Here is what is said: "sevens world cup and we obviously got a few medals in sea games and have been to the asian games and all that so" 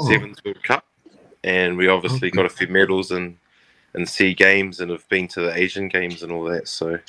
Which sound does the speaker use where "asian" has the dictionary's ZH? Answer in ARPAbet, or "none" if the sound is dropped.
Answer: ZH